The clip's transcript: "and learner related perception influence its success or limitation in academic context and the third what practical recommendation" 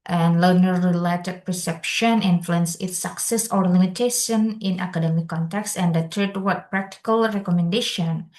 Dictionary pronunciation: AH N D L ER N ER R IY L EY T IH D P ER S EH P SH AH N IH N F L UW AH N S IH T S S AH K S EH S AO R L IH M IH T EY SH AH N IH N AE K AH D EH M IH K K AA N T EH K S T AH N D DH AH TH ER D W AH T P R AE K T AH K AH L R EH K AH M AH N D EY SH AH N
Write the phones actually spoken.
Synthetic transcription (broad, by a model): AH N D L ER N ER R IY L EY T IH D P ER S EH P SH AH N IH N F L UW AH N S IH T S S AH K S EH S AO R L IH M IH T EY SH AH N IH N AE K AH D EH M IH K K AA N T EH K S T AH N D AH T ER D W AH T P R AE K T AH K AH L R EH K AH M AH N D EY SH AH N